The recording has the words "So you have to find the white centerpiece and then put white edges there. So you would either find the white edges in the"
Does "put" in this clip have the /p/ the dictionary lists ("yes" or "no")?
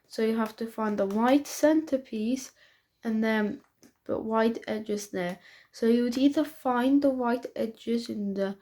no